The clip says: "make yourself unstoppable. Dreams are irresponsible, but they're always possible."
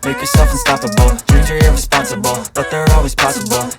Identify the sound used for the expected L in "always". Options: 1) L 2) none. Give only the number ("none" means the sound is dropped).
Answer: 1